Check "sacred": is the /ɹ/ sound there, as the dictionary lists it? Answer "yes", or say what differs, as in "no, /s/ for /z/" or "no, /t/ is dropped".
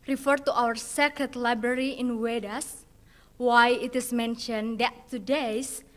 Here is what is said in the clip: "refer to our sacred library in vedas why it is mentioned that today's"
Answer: no, /ɹ/ is dropped